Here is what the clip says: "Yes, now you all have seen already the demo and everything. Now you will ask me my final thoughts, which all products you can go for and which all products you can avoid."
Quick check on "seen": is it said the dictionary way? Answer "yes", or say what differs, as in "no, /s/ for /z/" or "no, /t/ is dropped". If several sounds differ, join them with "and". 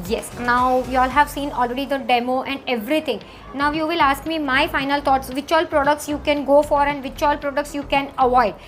yes